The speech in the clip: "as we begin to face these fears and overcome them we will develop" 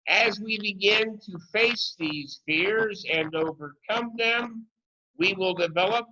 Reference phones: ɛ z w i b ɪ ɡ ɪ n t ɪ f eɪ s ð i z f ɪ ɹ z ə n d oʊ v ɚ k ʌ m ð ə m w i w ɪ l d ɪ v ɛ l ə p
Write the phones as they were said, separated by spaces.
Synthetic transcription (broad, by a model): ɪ z w i b ɪ ɡ ɪ n t ɪ f eɪ s ð i z f ɪ ɹ z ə n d oʊ v ɚ k ʌ m ð ə m w i w ɪ l d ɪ v ɛ l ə p